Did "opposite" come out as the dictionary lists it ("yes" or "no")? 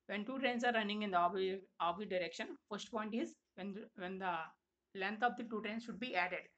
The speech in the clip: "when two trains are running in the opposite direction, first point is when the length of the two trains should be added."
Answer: no